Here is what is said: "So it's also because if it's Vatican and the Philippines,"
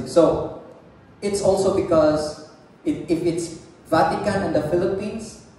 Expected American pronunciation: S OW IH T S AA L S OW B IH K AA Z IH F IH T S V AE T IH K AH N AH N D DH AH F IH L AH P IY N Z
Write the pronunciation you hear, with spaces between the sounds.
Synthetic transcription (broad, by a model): S OW IH T S AA L S OW B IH K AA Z IH F IH T S V AE T IH K AH N AH N D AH F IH L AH P IY N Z